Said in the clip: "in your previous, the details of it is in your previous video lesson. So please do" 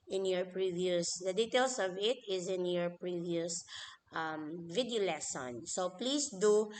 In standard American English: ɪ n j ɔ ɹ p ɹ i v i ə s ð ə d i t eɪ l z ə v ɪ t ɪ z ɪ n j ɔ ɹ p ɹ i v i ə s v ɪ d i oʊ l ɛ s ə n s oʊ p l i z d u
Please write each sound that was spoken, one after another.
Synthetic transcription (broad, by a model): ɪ n j ɔ ɹ p ɹ i v i ə s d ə d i t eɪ l s ə v ɪ t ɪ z ɪ n j ɔ ɹ p ɹ i v i ə s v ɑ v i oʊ l ɛ s ə n s oʊ p l i s d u